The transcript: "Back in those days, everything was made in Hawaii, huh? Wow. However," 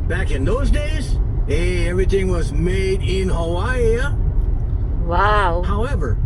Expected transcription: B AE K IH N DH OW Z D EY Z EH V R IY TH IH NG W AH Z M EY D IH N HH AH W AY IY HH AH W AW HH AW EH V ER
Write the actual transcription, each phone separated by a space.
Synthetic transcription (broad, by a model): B AE K IH N DH OW Z D EY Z EH V R IY TH IH NG W AH Z M EY D IH N HH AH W AY W AW HH AW EH V ER